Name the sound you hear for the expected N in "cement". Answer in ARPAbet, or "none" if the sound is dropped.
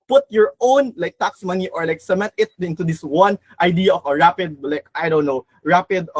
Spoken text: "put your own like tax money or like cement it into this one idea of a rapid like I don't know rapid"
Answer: none